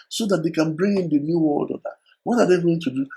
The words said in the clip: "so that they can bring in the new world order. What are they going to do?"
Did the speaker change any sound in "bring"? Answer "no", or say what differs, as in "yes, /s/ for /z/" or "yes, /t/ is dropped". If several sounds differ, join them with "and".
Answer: no